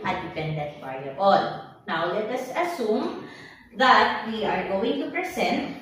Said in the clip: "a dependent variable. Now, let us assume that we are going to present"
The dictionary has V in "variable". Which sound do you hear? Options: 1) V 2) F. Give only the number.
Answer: 2